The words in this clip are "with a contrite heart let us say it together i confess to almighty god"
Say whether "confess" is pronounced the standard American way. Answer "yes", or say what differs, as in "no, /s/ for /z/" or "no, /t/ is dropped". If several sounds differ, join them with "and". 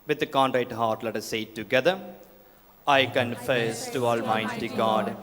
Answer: yes